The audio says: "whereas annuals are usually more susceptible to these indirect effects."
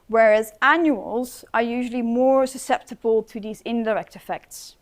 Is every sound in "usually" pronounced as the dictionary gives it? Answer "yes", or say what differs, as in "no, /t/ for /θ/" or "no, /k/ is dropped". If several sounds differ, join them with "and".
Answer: yes